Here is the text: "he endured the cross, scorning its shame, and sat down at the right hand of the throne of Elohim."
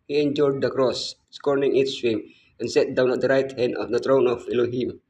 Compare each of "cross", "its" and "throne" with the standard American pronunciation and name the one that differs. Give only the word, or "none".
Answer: throne